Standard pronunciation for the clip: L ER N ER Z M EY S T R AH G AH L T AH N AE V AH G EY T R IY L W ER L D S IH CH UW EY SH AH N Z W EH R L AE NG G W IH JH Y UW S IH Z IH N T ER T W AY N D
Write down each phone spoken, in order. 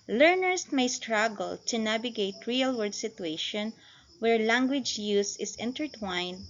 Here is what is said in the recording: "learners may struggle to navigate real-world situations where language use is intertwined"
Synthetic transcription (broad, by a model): L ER N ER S M EY S T R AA G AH L T AH N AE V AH G EY T R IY L W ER D S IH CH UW EY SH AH N W EH R L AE NG G W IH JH Y UW S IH S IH N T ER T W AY N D